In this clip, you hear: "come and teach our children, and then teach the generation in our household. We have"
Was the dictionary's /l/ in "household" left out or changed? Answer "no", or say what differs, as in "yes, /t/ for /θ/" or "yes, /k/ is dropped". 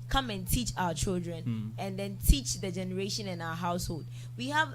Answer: no